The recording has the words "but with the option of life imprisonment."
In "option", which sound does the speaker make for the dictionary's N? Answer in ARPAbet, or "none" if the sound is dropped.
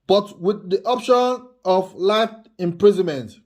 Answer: N